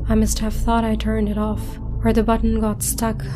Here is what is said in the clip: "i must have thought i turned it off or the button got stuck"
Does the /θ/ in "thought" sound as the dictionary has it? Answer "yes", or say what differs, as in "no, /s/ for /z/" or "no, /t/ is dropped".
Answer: yes